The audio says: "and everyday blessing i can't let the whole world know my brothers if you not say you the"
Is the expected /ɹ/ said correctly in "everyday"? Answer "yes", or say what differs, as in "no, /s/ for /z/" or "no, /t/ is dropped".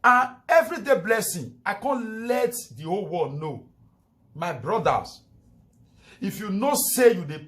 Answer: yes